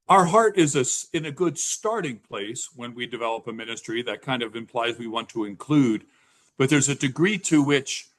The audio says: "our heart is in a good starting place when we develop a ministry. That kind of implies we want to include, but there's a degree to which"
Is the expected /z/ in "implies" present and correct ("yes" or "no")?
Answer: yes